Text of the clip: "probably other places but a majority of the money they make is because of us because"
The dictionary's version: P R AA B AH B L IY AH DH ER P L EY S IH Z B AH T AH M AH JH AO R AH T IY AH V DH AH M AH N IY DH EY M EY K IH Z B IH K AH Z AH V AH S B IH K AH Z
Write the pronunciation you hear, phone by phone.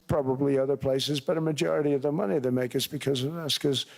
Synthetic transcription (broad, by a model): P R AA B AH B L IY AH DH ER P L EY S IH Z B AH T AH M AH JH AO R AH T IY AH V DH AH M AH N IY DH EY M EY K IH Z B IH K AH Z AH V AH S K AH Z